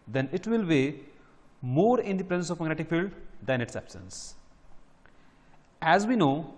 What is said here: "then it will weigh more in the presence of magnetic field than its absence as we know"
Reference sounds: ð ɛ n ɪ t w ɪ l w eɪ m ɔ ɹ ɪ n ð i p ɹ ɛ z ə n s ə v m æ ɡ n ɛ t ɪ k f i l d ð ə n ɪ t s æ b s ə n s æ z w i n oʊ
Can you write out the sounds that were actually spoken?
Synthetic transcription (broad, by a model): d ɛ n ɪ t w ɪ l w eɪ m ɔ ɹ ɪ n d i p ɹ ɛ z ə n s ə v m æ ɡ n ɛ t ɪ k f i l d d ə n ɪ t s æ b s ə n s æ z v i n oʊ